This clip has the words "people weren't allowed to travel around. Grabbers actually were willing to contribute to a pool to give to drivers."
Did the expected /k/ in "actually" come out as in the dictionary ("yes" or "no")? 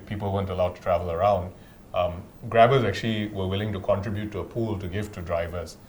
yes